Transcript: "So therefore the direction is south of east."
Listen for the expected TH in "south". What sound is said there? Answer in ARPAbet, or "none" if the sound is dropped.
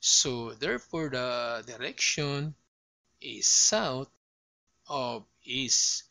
T